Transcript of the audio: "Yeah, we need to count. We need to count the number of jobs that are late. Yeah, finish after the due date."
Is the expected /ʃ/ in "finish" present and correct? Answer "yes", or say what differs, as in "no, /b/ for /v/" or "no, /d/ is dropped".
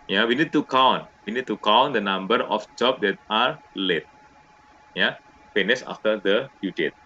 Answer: no, /s/ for /ʃ/